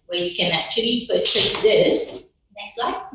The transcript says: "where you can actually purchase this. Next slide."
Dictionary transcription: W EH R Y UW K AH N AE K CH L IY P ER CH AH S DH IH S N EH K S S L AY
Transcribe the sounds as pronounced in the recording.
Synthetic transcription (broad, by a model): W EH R Y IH K AH N AE K CH L IY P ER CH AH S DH IH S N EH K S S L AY